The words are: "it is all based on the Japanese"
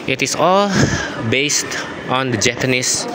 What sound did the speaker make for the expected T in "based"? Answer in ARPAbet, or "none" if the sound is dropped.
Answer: T